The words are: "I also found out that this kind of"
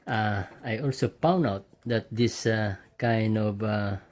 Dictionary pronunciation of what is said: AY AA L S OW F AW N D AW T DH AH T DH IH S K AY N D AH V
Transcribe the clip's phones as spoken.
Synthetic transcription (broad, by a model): AY AA L S OW P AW N AW T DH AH T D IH S K AY N D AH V